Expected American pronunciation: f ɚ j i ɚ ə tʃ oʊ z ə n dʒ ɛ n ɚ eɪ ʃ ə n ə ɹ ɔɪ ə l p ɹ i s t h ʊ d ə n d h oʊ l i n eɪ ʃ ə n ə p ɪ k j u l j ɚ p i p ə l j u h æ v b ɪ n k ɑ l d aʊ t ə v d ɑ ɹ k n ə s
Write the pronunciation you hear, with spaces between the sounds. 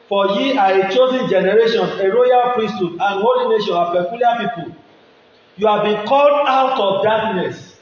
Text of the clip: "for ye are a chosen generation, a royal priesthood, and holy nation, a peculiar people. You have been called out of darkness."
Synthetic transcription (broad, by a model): f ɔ j i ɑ ə tʃ oʊ z ə n dʒ ɛ n ɚ eɪ ʃ ə n ə ɹ ɔɪ ə l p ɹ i s t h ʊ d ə n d h oʊ l i n eɪ ʃ ə n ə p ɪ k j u l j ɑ p i p ə l j u h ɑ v b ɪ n k ɑ l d aʊ t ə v d ɑ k n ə s